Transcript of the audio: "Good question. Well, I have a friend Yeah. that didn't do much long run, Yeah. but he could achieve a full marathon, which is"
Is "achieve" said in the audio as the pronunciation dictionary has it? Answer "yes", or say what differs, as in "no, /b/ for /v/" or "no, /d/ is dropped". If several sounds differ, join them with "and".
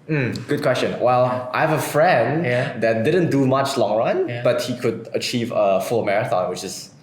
yes